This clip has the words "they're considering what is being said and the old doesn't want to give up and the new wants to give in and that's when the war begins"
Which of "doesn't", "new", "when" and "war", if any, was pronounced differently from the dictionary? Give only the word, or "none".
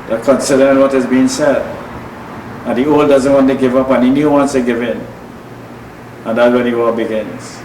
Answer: war